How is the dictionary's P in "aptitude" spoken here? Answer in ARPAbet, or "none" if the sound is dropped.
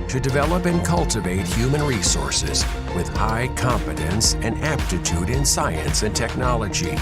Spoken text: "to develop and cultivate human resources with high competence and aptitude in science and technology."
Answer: P